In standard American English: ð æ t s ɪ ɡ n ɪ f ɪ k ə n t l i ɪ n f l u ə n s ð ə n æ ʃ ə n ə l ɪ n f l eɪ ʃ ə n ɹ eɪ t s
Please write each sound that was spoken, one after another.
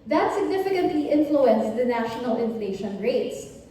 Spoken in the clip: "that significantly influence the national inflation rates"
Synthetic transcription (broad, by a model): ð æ t s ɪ ɡ n ɪ f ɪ k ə n t l i ɪ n f l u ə n s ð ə n æ ʃ ə n ə l ɪ n f l eɪ ʃ ə n ɹ eɪ t s